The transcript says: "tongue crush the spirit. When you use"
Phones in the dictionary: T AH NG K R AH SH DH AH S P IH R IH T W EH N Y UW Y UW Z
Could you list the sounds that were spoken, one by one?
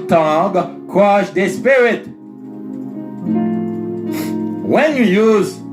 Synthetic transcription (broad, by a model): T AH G K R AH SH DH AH S P IH R IH T W EH N Y UW Y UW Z